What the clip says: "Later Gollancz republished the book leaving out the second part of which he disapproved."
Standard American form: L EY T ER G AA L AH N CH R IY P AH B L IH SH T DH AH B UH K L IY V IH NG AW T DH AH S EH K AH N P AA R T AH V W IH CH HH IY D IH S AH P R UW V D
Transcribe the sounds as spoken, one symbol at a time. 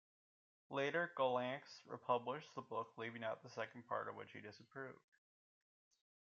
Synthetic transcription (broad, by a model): L EY T ER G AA L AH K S R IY P AH B L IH SH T DH AH B UH K L IY V IH NG AW T DH AH S EH K N P AA R T AH V W IH CH HH IY D IH S AH P R UW V D